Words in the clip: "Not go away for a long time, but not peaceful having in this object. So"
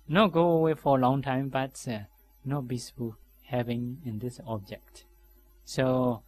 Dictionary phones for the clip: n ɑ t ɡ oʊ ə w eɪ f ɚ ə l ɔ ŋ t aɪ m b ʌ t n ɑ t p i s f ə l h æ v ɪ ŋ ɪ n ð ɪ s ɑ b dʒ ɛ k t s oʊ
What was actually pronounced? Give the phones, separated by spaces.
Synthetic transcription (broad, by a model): n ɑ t ɡ oʊ ə w eɪ f ə l ɔ ŋ t aɪ m b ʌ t n ɑ t b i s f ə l h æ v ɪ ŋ ɪ n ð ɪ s ɑ b dʒ ɛ k t s oʊ